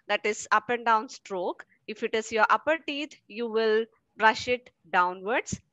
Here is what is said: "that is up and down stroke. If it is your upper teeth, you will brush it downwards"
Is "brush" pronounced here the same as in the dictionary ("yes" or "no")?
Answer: yes